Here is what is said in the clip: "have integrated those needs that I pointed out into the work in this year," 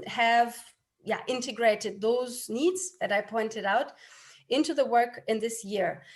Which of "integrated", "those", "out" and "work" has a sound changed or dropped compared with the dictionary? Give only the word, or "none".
none